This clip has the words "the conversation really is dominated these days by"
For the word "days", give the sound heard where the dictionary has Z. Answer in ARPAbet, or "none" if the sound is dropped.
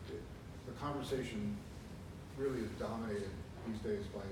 Z